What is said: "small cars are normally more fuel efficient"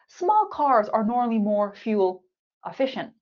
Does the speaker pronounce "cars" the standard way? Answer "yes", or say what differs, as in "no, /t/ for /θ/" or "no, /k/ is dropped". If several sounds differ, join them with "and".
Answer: yes